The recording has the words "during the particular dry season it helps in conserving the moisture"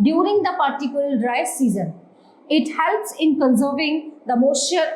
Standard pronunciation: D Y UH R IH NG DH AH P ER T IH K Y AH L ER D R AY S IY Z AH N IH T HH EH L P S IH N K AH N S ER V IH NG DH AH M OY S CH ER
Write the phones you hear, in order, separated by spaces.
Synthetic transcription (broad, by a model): D Y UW R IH NG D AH P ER T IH K Y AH L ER D R AY S IY Z AH N IH T HH EH L P S IH N K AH N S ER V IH NG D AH M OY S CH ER